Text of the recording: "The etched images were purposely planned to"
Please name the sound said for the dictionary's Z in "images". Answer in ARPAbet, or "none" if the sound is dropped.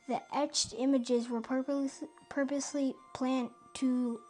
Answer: Z